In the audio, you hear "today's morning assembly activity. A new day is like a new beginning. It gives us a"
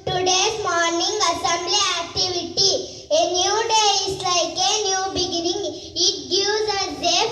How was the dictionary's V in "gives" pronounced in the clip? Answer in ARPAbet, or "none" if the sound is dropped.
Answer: none